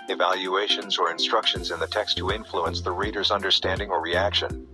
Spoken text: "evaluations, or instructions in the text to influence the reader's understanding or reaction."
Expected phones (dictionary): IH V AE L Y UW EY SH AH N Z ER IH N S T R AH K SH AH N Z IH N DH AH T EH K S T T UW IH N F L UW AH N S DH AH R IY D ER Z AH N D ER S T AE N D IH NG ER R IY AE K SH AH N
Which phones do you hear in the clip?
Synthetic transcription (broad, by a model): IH V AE L Y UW EY SH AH N Z ER IH N S T R AH K SH AH N Z IH N DH AH T EH K S T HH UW IH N F L UW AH N S DH AH R IY D ER Z AH N D ER S T AE N D IH NG ER R IY AE K SH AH N